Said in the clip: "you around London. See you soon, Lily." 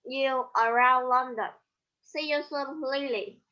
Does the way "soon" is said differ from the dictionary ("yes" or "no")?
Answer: yes